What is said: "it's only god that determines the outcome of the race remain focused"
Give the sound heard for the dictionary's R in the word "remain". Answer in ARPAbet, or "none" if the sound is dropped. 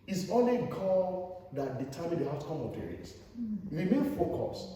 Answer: W